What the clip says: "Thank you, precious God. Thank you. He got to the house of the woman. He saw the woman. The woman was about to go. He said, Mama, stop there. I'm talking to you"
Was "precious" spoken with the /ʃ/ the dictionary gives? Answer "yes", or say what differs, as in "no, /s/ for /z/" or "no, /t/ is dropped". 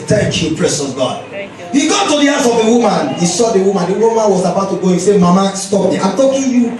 no, /s/ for /ʃ/